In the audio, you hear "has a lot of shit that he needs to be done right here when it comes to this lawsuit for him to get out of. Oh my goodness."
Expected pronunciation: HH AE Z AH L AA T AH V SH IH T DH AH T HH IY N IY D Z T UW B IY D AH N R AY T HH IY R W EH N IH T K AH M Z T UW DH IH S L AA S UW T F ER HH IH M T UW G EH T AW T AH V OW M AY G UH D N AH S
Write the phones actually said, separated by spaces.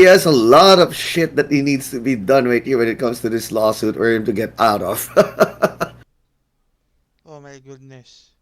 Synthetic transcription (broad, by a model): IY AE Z AH L AA T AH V SH IH T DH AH T HH IY N IY D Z T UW B IY D AH N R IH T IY W EH N IH T K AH M S T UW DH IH S L AA S UW T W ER HH IH M T UW G EH T AW T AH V OW M AY G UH D N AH S